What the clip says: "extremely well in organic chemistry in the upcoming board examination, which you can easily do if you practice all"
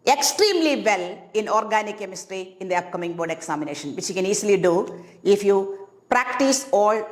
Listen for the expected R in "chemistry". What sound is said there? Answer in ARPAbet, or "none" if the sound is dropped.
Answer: R